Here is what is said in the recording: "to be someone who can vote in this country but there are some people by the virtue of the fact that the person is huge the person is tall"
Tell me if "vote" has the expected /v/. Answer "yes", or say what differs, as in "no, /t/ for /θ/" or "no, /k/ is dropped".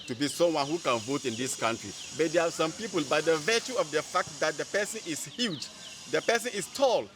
yes